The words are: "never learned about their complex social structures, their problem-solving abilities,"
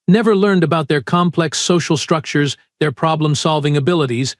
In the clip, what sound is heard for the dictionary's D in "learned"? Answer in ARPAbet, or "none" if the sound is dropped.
D